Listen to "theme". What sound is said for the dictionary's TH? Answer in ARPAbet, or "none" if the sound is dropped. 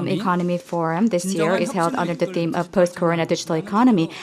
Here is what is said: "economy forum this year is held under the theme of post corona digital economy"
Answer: TH